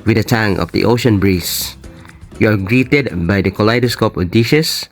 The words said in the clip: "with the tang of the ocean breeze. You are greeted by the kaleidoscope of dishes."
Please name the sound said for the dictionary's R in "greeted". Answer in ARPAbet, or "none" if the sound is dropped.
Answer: R